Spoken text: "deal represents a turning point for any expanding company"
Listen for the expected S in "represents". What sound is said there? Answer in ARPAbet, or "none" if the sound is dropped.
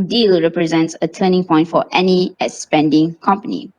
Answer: S